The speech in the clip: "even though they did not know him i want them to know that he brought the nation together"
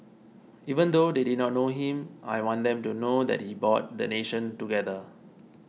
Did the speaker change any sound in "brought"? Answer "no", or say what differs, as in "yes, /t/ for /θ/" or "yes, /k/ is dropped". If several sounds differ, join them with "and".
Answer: yes, /ɹ/ is dropped